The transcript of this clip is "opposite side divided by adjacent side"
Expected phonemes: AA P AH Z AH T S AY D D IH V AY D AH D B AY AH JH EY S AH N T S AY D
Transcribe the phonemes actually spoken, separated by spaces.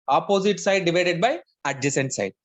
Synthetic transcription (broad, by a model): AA P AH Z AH T S AY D D IH V AY D AH D B AY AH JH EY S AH N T S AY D